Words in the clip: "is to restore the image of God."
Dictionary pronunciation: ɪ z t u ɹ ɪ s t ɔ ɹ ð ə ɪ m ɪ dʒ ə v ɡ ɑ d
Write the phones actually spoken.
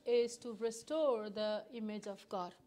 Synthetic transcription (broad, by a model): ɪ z t u ɹ ɪ s t ɔ ɹ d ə ɪ m ɪ dʒ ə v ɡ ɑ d